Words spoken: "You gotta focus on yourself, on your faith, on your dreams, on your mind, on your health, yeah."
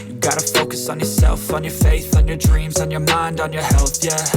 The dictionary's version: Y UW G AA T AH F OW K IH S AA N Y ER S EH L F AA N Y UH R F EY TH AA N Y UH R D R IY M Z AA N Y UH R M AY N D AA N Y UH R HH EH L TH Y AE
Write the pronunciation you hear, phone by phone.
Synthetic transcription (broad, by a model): Y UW G AA T AH F OW K IH S N Y ER S EH L F N Y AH R F EY TH N Y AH R D R IY M Z N Y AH R M AY N D N Y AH R HH EH L TH Y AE